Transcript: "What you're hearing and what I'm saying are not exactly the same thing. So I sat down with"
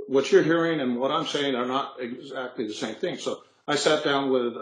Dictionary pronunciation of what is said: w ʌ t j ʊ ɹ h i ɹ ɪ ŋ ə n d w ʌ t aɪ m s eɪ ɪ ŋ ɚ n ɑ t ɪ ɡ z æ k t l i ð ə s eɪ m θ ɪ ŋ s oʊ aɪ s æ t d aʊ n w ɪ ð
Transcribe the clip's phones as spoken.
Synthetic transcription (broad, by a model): w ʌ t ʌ ɹ h i ɹ ɪ ŋ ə n w ʌ t aɪ m s eɪ ɪ ŋ ɚ n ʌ t ɪ ɡ z æ k t l i ð ə s eɪ m θ ɪ ŋ s oʊ aɪ s æ t d aʊ n w ɪ ð